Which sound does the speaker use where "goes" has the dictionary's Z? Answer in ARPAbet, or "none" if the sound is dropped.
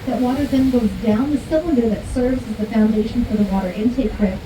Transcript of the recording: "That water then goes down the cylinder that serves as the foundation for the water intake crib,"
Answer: Z